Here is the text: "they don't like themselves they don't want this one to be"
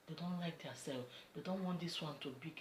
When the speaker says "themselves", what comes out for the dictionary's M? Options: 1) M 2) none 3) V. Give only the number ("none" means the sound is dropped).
2